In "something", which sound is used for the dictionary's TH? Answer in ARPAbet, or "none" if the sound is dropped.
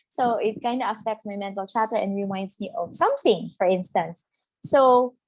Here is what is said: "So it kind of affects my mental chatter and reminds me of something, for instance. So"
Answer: TH